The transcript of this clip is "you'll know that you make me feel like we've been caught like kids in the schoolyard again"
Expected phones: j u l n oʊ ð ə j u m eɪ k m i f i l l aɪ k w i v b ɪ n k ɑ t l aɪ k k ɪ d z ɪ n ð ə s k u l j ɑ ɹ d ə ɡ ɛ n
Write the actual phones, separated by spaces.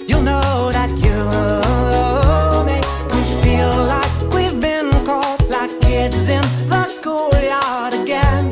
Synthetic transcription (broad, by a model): j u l n oʊ ð ə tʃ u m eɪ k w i f i l l aɪ k w i v b ɪ n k ɑ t l aɪ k k ɪ d z ɪ n ð ə s k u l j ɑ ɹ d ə ɡ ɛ n